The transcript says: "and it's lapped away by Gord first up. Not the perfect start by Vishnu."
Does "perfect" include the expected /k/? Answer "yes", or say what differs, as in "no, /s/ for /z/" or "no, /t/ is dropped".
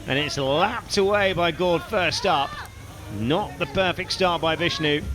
yes